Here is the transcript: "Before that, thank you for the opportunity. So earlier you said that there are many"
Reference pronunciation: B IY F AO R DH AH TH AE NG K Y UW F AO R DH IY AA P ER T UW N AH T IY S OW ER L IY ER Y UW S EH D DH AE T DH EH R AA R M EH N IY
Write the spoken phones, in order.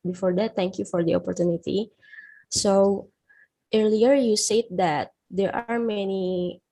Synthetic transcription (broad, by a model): B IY F AO R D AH T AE NG K Y UW F AO R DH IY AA P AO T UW N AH T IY S OW ER L IY ER Y UW S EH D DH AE T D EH R AA R M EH N IY